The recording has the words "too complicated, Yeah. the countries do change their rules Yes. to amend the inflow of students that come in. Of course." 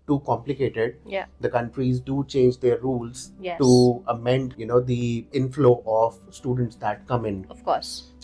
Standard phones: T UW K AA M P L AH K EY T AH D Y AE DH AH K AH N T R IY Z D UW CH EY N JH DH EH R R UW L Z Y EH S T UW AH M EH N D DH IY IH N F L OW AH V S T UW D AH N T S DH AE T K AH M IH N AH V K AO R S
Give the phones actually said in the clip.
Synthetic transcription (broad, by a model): T UW K AA M P L AH K EY T AH D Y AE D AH K AH N T R IY Z D UW CH EY N JH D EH R R UW L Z Y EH T UW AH M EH N D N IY IH N F L OW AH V S T UW D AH N T S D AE T K AH M IH N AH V K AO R S